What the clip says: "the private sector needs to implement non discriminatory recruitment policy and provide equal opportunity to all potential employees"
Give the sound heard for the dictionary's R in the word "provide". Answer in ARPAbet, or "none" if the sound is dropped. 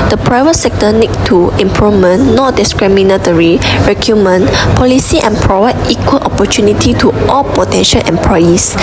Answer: R